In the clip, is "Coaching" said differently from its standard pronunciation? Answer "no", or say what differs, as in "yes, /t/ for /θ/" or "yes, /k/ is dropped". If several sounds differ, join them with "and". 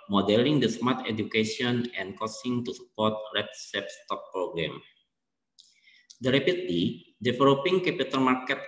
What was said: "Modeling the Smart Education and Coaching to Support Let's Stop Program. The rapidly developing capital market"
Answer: yes, /s/ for /tʃ/